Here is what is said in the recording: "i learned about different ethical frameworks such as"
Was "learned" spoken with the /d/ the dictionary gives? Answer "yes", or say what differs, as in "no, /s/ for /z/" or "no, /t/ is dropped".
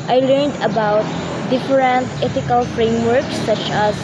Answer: yes